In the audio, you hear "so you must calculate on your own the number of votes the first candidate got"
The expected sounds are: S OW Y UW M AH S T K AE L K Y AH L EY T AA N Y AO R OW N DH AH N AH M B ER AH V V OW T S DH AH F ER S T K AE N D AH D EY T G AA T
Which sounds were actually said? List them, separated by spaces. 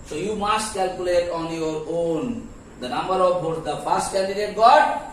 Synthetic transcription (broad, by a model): S OW Y UW M AH S T K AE L K Y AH L EY T AA N Y AO R OW N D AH N AH M B ER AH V B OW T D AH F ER S T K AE N D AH D EY T G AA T